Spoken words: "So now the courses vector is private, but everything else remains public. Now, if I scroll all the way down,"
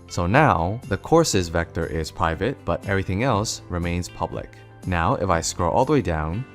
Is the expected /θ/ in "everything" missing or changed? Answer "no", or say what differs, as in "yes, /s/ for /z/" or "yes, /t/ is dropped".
no